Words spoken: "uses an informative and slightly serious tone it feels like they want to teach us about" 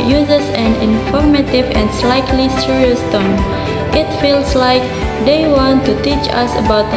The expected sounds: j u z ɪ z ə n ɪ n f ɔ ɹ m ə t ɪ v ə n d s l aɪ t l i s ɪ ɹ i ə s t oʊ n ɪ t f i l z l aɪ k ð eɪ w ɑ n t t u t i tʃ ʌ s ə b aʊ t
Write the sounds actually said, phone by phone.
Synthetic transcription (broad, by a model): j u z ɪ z ə n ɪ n f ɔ ɹ m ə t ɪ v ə n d s l aɪ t l i s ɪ ɹ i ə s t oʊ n ɪ t f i l s l aɪ k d eɪ w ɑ n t t u t i tʃ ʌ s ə b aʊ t